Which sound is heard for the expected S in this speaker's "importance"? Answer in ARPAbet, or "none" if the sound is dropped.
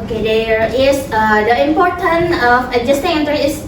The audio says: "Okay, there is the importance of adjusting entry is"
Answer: none